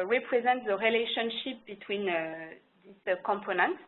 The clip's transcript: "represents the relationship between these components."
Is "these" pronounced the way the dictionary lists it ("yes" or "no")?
no